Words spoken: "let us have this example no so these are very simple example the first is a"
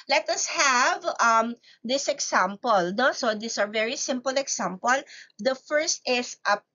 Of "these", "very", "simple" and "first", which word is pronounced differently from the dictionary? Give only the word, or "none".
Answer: these